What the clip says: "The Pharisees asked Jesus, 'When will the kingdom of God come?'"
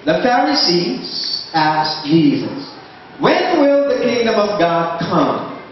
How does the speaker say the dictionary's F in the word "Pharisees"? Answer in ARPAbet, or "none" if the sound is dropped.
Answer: F